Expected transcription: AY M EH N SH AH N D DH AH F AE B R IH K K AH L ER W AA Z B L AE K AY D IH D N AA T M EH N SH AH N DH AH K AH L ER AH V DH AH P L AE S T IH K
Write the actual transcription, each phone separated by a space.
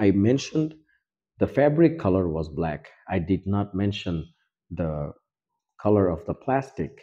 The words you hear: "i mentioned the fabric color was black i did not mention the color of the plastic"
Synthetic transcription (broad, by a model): AY M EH N SH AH N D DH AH F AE B R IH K K AH L ER W AA Z B L AE K AY D IH D N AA T M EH N SH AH N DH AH K AH L ER AH V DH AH P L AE S T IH K